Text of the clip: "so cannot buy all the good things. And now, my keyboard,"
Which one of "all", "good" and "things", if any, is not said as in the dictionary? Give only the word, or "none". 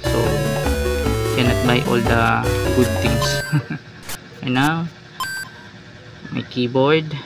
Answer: things